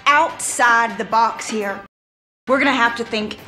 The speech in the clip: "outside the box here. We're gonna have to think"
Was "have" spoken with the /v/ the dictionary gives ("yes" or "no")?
no